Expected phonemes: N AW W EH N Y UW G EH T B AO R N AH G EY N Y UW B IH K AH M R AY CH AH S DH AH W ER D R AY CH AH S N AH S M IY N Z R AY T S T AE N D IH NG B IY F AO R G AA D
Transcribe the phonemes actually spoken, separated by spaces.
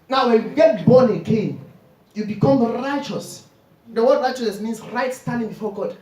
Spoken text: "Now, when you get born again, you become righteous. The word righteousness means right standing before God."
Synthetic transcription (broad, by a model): N AW W EH N Y UW G EH T B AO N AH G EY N Y UW B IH K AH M R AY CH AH S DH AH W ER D R AY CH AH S AH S M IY N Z R AY T S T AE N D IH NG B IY F AO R G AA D